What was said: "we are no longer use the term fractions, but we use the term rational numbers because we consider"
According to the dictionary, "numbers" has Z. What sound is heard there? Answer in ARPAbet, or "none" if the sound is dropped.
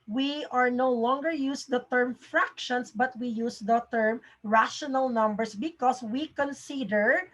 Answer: S